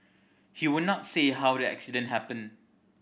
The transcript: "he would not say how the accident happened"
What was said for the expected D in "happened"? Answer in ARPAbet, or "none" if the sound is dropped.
none